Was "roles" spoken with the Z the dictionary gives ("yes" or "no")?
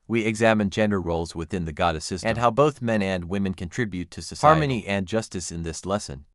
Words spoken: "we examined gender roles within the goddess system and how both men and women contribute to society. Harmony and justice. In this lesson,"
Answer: yes